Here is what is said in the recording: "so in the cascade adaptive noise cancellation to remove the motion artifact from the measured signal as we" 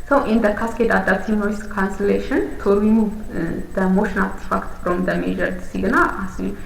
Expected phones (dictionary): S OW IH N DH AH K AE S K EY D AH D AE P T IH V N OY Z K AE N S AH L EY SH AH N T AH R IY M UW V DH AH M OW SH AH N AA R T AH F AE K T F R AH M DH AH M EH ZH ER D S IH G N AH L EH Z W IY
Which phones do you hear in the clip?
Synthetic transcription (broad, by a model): S OW IH N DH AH K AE S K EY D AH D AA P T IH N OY S K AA N S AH L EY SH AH N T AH R IY M UW V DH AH M OW SH AH N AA L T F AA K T F R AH M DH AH M EH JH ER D S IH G N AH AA S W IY